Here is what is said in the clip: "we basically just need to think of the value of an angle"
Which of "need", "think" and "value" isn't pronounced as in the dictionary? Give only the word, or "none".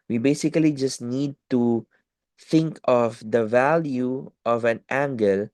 none